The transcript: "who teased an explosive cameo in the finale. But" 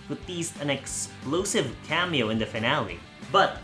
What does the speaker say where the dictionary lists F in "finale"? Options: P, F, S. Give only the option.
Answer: F